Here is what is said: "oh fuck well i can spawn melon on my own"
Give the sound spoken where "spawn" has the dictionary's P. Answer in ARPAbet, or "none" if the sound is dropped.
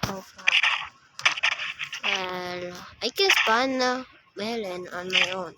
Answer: B